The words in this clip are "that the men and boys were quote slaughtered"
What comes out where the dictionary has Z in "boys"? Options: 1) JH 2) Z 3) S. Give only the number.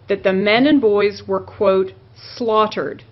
2